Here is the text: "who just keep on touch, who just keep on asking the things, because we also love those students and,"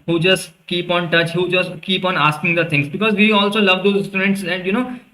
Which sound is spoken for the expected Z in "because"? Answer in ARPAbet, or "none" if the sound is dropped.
Z